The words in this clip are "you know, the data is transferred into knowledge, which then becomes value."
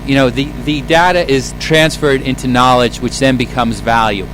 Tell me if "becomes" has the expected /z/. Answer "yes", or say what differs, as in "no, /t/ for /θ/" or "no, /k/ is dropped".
yes